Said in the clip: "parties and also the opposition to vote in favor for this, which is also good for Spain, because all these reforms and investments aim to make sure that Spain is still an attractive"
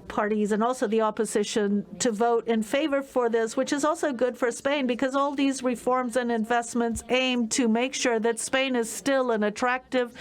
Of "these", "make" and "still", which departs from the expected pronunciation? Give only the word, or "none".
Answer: none